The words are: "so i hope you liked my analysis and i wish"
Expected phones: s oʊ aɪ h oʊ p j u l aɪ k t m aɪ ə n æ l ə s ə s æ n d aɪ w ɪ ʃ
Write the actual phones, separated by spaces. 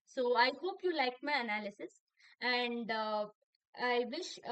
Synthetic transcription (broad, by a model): s oʊ aɪ h oʊ p j u l aɪ k m aɪ ə n æ l ə s ə s æ n d aɪ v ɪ ʃ